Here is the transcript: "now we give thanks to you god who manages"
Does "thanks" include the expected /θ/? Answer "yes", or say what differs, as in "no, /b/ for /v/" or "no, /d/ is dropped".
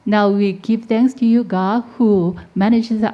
no, /t/ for /θ/